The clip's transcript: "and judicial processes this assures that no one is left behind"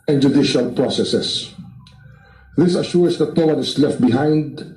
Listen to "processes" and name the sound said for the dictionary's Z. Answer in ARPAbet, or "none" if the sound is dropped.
S